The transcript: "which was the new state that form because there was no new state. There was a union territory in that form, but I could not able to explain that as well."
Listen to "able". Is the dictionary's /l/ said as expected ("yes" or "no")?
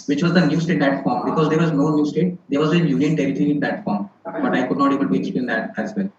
no